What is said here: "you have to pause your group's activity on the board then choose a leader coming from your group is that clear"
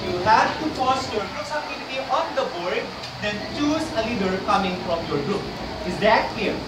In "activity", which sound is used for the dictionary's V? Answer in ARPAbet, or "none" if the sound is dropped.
none